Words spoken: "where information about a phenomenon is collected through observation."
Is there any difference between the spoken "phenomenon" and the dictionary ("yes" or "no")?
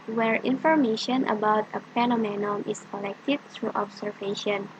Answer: yes